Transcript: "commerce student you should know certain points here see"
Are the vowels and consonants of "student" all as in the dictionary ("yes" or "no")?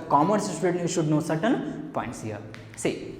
no